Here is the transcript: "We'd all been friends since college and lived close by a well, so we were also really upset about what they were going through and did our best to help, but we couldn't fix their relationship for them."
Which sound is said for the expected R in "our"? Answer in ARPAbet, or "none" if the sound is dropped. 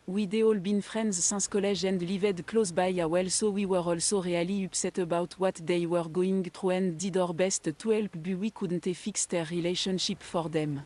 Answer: R